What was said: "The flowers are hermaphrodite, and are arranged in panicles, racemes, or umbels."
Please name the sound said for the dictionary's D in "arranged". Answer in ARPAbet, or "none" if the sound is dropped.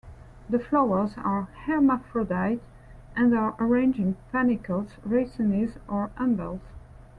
none